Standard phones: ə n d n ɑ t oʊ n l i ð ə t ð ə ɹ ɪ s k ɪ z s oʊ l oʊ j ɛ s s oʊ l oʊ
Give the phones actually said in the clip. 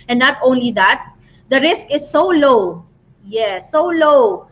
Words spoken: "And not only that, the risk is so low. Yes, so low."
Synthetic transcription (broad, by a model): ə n n ɑ t oʊ n l i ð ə t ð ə ɹ ɪ s k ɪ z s oʊ l oʊ j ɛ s s oʊ l oʊ